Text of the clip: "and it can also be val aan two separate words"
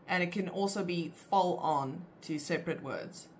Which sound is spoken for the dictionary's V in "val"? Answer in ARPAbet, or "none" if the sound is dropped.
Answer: F